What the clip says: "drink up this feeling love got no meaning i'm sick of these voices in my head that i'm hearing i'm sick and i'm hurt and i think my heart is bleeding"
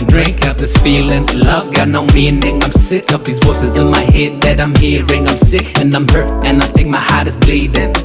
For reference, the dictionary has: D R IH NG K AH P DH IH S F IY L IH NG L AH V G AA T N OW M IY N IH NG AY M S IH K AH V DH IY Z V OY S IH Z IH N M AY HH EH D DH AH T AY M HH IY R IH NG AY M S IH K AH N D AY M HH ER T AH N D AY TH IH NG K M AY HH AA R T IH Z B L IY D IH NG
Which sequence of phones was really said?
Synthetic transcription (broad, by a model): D R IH NG K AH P DH IH S F IY L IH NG L AH V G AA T N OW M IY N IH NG AY M S IH K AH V DH IY Z W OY S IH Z IH N M AY HH EH D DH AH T AY M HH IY R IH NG AY M S IH K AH N AY M HH ER T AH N AY TH IH NG K M AY HH AA R T IH Z B L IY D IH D